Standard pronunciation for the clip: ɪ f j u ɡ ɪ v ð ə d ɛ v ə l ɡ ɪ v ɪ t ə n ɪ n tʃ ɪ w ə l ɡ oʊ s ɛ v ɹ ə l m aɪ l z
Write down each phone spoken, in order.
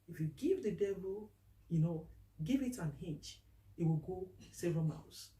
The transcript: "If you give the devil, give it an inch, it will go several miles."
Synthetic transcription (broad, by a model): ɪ f j u ɡ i v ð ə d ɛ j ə n ɡ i v ɪ t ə n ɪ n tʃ ɪ w ə l ɡ oʊ s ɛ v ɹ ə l m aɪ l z